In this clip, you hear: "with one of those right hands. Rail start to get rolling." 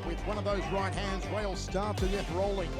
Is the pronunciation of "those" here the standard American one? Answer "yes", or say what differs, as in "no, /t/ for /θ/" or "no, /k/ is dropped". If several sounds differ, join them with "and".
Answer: yes